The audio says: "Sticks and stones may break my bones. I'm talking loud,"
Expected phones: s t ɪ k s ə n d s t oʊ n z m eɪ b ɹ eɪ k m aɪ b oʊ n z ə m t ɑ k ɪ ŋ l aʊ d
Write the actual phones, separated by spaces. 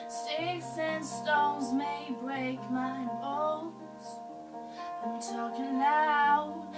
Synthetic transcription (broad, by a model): s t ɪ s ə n s t oʊ n z m eɪ b ɹ eɪ k m aɪ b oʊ z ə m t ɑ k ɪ l aʊ